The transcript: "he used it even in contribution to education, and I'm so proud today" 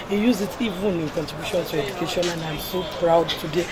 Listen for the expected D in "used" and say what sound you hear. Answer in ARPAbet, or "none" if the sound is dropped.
none